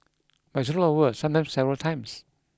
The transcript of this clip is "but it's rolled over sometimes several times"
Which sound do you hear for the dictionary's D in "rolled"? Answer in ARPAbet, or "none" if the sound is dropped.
none